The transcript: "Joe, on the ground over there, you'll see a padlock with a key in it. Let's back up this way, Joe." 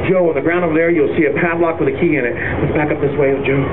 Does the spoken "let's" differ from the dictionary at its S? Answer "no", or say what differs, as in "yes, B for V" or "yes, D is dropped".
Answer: yes, S is dropped